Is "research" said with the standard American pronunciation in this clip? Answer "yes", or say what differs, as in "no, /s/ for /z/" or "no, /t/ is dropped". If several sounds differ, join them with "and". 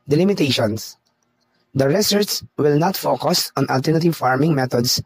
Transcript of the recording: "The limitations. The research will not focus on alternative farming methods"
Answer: no, /s/ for /tʃ/